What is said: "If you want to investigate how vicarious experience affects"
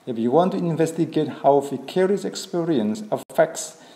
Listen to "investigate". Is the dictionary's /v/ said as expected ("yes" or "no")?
yes